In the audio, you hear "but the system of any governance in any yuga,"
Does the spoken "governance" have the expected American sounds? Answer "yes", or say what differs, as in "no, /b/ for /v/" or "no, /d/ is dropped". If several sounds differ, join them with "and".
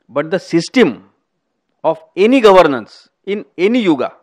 yes